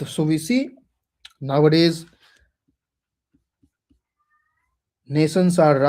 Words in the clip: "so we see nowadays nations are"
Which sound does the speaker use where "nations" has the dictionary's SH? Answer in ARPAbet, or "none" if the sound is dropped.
S